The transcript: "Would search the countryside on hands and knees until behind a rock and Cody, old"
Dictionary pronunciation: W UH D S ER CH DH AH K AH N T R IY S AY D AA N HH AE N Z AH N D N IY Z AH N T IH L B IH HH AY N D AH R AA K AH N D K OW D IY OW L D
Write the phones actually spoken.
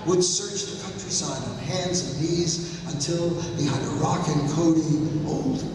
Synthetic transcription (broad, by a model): W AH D S ER CH DH AH K AH N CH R IY S AY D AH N HH AE N Z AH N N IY Z AH N T IH L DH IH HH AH D AH R AA K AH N K OW D IY OW L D